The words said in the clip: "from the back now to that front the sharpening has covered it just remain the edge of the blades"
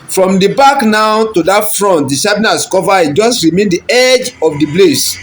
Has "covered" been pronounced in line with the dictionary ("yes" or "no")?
no